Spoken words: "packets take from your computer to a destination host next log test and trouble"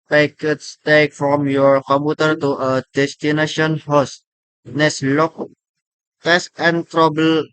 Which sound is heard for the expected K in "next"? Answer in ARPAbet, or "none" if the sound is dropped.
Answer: none